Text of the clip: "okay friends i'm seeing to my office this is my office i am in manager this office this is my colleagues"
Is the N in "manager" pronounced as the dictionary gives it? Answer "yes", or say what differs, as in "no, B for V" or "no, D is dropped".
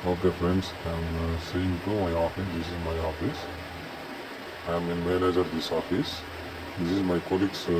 no, L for N